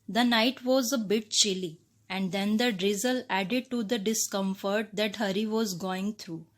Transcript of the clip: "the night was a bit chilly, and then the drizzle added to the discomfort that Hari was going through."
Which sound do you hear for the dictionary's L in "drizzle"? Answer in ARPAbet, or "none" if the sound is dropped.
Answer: L